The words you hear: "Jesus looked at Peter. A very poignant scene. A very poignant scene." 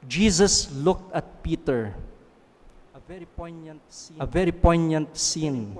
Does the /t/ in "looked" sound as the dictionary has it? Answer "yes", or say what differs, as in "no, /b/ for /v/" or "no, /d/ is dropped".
yes